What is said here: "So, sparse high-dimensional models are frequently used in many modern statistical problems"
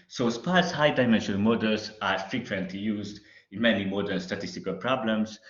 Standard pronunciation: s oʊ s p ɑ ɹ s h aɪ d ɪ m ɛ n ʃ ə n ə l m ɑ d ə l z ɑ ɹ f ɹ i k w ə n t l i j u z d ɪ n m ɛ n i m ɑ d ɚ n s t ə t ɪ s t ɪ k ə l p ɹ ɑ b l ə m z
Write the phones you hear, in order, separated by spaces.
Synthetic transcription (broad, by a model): s oʊ s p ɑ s h aɪ d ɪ m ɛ n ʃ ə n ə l m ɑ d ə l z ɑ ɹ f ɹ i k w ə n t l i j u z d ɪ n m ɛ n i m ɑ d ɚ l s t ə t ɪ s t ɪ k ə l p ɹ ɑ b l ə m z